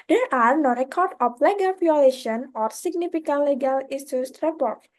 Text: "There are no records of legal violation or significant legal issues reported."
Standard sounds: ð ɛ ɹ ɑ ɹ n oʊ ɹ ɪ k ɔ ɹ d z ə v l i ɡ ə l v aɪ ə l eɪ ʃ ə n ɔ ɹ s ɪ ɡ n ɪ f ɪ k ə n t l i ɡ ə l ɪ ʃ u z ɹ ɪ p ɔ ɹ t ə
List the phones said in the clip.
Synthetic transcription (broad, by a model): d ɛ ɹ ɑ ɹ n oʊ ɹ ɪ k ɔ ɹ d ə f l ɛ ɡ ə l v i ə l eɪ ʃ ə n ɔ ɹ s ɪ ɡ n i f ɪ k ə n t l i ɡ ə l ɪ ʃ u s ɹ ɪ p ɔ ɹ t